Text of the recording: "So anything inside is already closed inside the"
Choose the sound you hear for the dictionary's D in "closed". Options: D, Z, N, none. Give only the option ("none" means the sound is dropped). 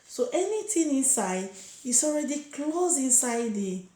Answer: none